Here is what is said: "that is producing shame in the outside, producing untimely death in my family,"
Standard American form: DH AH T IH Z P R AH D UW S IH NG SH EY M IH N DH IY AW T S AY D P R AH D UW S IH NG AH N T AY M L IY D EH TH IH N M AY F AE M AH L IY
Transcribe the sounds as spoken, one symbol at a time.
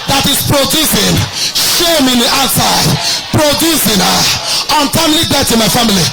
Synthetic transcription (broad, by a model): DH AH T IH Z P R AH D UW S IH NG SH EY M IH N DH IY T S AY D P R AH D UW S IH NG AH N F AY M L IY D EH T IH N M AY F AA M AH L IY